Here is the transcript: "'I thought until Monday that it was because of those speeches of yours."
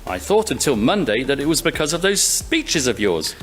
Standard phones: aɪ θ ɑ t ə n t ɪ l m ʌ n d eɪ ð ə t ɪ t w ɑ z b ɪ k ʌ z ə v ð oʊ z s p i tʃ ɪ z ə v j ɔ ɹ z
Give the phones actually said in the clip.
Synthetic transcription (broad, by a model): aɪ θ ɑ t ə n t ɪ l m ʌ n d eɪ ð ə t ɪ t w ɑ z b ɪ k ʌ z ə v ð oʊ z s p i tʃ ɪ z ə v j ɔ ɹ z